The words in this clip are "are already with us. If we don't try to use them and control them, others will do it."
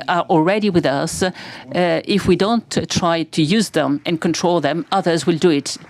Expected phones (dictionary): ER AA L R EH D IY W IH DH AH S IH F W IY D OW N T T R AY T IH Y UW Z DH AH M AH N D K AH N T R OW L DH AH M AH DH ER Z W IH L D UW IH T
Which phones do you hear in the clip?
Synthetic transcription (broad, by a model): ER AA L R EH D IY W IH DH AH S IH F W IY D OW N T T R AY T IH Y UW Z DH AH M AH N K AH N T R OW L DH AH M AH DH ER Z W IH L D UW IH T